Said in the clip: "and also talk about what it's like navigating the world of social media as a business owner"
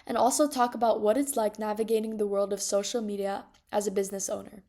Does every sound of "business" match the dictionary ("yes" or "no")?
yes